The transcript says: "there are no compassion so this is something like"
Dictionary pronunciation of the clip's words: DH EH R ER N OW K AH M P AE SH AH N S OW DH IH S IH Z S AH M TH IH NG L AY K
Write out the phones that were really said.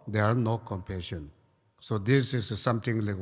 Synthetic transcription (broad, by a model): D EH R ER N OW K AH M P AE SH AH N S OW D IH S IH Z S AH M T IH NG L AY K